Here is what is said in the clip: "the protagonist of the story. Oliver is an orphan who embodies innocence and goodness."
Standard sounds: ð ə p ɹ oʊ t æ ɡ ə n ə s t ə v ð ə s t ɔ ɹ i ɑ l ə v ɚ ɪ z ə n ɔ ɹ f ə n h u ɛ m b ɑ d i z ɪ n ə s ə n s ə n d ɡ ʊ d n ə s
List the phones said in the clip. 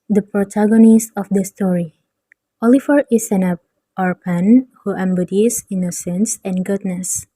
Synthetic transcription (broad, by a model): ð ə p ɹ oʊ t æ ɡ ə n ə s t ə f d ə s t ɔ ɹ i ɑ l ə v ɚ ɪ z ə n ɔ ɹ p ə n h u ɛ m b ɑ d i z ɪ n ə s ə n s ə n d ɡ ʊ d n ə s